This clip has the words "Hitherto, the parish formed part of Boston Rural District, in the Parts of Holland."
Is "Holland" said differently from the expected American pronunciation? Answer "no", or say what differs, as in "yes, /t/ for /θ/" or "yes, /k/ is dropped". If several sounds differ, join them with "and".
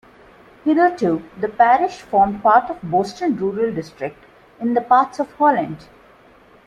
no